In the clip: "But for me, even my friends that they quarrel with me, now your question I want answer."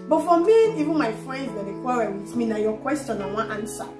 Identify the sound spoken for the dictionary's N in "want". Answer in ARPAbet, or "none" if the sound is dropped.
none